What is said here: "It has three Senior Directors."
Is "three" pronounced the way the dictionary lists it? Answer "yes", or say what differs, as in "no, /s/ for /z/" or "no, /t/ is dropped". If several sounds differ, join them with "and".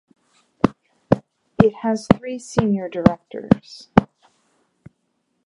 yes